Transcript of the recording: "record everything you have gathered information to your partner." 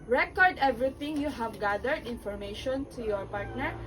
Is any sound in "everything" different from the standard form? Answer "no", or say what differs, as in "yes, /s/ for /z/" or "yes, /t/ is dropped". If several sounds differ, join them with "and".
yes, /t/ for /θ/